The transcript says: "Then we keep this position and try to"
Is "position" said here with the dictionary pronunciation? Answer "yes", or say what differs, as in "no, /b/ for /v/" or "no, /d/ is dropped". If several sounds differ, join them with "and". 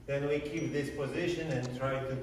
yes